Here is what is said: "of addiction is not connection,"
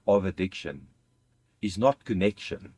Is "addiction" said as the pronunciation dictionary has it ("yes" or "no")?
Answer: yes